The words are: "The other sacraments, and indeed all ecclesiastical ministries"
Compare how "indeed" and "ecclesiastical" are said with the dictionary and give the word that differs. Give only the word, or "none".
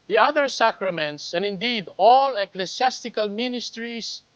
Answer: ecclesiastical